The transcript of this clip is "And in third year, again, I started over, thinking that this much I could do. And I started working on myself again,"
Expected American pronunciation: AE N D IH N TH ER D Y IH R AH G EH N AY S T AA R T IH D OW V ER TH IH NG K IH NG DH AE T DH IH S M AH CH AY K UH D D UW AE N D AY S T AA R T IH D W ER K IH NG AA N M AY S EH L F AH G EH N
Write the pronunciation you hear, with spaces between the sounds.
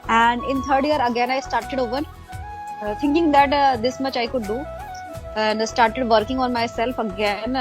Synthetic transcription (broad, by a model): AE N D IH N T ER D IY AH R AH G EH N AY S T AA R T IH D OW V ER T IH NG K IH NG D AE T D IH S M AH CH AY K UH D D UW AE N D S T AA R T IH D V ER K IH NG AA N M AY S EH L F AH G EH N